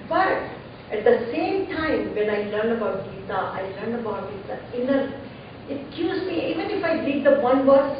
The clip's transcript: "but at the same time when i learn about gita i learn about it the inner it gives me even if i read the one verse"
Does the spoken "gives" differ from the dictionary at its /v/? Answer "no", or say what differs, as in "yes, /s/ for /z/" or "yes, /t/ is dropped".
yes, /v/ is dropped